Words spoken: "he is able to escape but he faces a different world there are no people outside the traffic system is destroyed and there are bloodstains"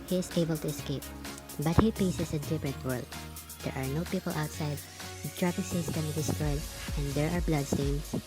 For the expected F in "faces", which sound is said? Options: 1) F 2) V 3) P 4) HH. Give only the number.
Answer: 3